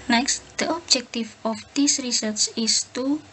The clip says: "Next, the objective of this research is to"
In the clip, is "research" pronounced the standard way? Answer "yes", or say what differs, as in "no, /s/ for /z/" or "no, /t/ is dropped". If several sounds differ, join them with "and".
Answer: no, /s/ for /tʃ/